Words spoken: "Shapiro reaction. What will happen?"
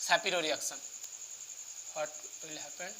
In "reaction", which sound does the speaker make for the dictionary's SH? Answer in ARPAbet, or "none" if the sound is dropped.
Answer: S